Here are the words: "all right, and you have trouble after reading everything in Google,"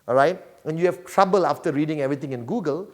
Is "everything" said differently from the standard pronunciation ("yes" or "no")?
yes